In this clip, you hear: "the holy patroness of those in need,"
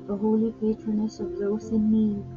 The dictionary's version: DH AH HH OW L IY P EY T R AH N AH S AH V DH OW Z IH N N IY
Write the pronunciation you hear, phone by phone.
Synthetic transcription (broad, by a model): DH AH HH OW L IY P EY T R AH N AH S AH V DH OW S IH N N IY